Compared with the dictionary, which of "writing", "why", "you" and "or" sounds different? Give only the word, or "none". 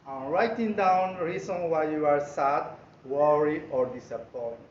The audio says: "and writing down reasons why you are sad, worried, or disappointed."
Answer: none